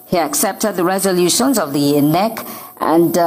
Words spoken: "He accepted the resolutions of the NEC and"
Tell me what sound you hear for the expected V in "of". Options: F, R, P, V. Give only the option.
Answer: V